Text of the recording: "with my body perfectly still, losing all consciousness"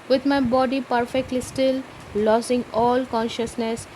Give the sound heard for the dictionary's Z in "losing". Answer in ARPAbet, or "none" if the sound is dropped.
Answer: S